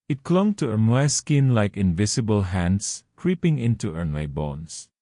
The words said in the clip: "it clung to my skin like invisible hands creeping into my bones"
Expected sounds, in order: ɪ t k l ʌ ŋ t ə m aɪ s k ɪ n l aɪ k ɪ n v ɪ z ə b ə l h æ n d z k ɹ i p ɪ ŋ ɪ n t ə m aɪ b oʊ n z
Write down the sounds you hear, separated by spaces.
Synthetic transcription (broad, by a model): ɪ t k l ʌ ŋ t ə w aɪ s k ɪ n l aɪ k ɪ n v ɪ s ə b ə l h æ n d s k ɹ i p ɪ ŋ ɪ n t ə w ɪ b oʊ n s